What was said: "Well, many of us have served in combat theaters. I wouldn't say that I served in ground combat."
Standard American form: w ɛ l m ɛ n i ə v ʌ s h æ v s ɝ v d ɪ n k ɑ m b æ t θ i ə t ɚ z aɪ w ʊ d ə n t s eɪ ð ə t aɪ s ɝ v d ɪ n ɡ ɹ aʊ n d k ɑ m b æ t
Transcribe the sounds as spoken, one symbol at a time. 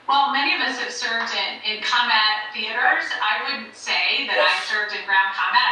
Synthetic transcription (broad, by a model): w ɛ l m ɛ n i ə v ʌ s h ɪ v s ɝ v d ɪ n k ɑ m b æ t θ i ə t ɚ z aɪ w ʊ d n t s eɪ ð ə t aɪ s ɝ v d ɪ n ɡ ɹ aʊ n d k ɑ m b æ t